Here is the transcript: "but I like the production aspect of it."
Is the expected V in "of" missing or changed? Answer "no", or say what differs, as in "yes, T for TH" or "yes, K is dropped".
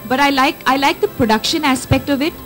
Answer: no